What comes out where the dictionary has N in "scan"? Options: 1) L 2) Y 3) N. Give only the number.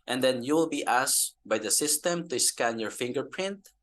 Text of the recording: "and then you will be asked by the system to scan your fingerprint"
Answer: 3